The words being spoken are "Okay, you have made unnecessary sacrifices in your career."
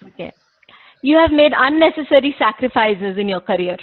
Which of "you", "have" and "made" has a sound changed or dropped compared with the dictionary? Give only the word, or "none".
none